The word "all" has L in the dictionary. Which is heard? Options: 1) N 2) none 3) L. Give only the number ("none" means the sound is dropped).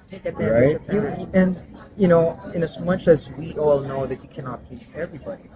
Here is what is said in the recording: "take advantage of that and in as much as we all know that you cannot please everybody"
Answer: 3